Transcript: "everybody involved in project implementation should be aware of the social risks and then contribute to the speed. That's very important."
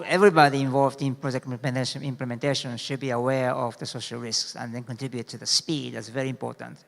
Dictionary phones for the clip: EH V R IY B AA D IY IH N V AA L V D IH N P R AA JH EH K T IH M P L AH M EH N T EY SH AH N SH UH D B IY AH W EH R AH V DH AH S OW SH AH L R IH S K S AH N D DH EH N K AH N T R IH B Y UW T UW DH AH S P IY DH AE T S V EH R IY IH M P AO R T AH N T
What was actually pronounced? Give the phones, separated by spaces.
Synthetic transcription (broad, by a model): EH V R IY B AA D IY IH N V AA L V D IH N P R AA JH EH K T IH M P L AH M EH N T EY SH AH N SH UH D B IY AH W EH R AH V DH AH S OW SH AH L R IH S K S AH N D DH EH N K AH N T R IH B Y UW T UW DH AH S P IY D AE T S V EH R IY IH M P AO R T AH N T